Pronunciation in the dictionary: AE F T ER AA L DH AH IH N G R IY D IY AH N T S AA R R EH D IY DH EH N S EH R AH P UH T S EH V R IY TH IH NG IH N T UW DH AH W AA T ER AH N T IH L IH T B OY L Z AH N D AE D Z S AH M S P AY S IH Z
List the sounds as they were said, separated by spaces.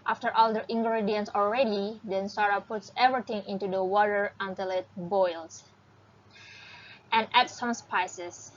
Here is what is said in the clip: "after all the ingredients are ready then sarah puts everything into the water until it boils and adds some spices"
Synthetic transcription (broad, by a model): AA F T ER AA L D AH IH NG G R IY D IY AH N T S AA L R EH D IY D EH N S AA R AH P UH T S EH V R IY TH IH NG IH N T UW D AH W AA T ER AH N T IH L IH T B OY L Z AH N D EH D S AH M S P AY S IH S